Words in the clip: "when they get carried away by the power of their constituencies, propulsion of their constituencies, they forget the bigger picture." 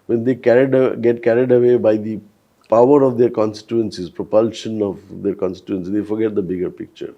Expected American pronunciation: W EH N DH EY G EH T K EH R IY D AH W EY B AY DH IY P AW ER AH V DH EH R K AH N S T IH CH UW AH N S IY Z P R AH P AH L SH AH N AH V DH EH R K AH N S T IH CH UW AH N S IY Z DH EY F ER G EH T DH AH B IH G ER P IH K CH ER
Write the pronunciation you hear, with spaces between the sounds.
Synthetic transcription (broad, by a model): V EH N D EY G EH T K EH R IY D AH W EY B AY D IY P AW ER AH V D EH R K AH N S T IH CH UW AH N S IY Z P R AH P AH L SH AH N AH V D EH R K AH N S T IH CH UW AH N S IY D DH EY F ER G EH T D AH B IH G ER P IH K CH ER